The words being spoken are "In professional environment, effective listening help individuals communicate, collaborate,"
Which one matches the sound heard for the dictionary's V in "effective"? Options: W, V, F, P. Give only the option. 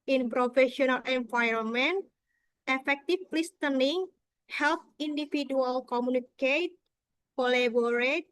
F